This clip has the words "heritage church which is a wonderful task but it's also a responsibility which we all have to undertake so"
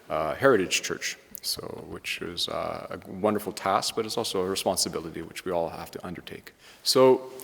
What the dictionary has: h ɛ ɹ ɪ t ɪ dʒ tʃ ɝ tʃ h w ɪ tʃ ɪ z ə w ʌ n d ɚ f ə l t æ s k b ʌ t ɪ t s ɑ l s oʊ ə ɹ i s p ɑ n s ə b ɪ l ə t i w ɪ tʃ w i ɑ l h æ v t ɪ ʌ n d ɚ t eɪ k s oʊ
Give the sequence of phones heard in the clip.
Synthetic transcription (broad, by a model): h ɛ ɹ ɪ t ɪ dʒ tʃ ɝ tʃ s w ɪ tʃ ɪ z ə w ʌ n d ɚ f l t æ s k b ʌ t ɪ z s ɑ l s oʊ ə ɹ i s p ɑ n s ə b ɪ l ə t i w ɪ tʃ w i ɑ l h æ f t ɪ ʌ n d ɚ t eɪ k s oʊ